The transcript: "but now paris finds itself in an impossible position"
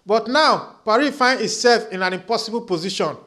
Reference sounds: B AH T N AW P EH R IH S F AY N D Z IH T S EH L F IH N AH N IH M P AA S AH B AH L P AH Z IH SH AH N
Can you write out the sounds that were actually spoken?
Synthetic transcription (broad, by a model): B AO T N AW P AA R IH F AY N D IH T S EH L F IH N AH N IH M P AA S AH B AH L P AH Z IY SH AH N